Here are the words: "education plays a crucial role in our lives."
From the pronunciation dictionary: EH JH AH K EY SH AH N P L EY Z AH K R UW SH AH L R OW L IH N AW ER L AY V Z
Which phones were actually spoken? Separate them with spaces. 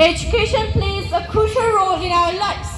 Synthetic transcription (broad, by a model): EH JH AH K EY SH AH N P L EY Z AH K R UW SH AH L R OW L IH N AW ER L AY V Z